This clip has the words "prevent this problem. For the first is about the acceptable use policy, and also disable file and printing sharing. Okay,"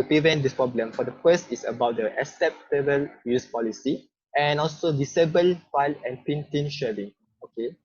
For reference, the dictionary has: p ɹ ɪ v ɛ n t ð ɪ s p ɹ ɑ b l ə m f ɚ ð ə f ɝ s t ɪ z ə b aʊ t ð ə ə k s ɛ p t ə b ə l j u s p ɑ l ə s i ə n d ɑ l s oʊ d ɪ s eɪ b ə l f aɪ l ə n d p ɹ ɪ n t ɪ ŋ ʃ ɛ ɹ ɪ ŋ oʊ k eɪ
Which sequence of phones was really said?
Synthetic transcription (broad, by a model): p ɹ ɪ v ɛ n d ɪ s p ɹ ɑ b l ə m f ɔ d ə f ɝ s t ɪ s ə b aʊ t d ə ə s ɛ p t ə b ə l j u s p ɑ l ə s i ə n ɑ l s oʊ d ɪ s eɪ b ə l f aɪ l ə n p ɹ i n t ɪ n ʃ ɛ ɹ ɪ ŋ oʊ k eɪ